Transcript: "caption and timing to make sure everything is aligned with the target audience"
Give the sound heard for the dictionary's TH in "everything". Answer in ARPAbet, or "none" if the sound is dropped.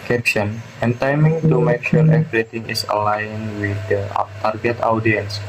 T